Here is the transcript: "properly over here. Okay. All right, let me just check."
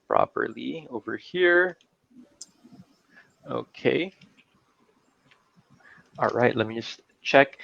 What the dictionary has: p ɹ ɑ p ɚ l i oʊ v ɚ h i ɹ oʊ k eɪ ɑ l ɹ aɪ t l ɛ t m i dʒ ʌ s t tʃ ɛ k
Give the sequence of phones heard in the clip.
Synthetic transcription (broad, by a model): p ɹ ɑ p ɚ l i oʊ v ɚ h i ɹ oʊ k eɪ ɑ l ɹ aɪ t l ɛ t m i dʒ ʌ s t tʃ ɛ k